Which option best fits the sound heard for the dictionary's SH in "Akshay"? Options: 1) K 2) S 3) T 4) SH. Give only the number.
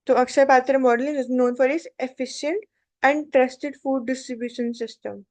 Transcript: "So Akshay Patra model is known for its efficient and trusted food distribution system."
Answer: 2